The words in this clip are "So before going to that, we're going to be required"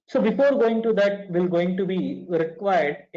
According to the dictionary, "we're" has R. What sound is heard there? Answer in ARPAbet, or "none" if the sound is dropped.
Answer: L